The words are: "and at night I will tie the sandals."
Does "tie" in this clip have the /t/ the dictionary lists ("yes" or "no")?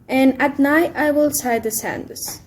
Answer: no